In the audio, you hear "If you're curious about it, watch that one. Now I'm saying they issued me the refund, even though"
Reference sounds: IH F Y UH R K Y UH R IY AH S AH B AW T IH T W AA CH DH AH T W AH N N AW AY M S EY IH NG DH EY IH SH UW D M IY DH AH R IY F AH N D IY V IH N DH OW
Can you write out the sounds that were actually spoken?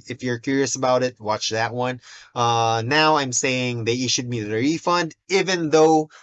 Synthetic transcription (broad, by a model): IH F Y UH R K Y UH R IY AH S AH B AW T IH T W AA CH DH AH T W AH N N AW AY M S EY IH NG DH EY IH SH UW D M IY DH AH R IY F AH N D IY V IH N DH OW